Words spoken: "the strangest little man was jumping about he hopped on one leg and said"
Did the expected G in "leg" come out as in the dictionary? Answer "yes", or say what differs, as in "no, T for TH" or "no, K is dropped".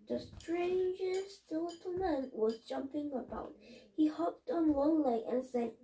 no, G is dropped